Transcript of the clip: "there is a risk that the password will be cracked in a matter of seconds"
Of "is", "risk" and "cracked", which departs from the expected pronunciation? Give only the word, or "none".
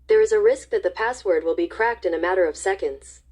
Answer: none